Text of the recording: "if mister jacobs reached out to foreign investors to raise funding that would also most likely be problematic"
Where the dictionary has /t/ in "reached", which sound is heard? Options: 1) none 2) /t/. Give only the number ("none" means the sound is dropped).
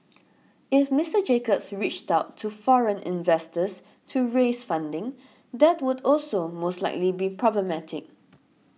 2